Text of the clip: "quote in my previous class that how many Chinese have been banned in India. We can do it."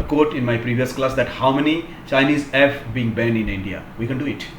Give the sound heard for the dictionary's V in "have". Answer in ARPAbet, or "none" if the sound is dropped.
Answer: F